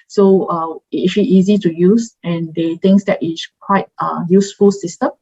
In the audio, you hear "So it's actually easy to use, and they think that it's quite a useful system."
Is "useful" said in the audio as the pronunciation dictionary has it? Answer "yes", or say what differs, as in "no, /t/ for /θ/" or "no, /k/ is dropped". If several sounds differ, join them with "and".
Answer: yes